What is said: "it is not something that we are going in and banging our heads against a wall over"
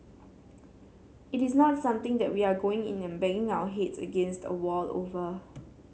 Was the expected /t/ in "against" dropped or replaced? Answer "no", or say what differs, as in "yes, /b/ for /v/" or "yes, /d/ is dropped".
no